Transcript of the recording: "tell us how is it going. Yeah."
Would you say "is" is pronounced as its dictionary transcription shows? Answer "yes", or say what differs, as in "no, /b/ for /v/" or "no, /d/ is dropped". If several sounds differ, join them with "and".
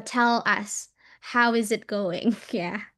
yes